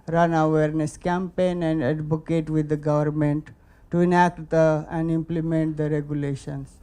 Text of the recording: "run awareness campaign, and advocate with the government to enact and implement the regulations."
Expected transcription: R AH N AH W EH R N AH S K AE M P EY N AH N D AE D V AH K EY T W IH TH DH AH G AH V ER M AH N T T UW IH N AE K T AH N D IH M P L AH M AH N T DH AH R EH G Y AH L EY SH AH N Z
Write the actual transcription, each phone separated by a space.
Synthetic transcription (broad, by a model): R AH N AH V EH R N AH S K AE M P EY N AH N D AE D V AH K EY T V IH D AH G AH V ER M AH N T T UW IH N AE K T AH N D IH M P L AH M AH N T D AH R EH G Y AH L EY SH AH N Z